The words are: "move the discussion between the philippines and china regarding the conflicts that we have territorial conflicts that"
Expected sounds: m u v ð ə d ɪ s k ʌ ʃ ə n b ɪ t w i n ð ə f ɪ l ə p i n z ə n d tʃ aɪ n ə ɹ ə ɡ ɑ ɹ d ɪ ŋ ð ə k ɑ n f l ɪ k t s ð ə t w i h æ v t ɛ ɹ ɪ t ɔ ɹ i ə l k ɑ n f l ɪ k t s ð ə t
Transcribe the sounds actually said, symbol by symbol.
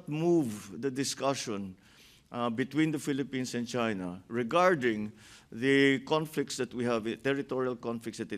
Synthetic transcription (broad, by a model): m u v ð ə d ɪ s k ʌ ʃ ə n b ɪ t w i n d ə f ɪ l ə p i n s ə n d tʃ aɪ n ə ɹ ə ɡ ɑ ɹ d ɪ ŋ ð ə k ɑ n f l ɪ k t s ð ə t w i h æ v t ɛ ɹ ɪ t ɔ ɹ i ə l k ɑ n f l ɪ k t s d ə t